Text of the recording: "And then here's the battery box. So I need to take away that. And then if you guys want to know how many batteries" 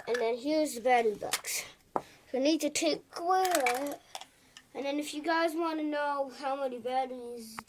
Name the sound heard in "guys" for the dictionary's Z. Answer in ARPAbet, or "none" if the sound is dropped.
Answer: Z